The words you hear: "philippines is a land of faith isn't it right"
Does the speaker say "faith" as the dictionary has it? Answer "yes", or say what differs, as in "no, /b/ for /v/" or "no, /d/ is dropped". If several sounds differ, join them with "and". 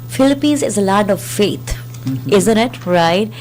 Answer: no, /t/ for /θ/